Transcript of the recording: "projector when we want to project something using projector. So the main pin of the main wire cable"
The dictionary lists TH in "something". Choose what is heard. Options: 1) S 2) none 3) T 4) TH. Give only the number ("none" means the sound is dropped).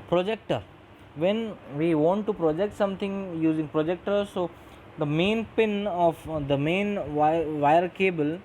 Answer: 3